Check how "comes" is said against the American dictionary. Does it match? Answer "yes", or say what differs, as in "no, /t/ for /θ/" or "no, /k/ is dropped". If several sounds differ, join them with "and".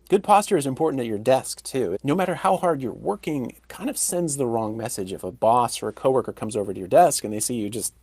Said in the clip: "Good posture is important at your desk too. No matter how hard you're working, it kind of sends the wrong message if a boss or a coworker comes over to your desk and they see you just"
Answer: yes